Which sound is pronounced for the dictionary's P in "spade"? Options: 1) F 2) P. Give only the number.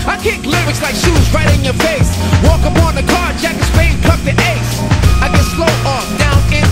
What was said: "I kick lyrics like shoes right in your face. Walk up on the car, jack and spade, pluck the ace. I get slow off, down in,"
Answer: 1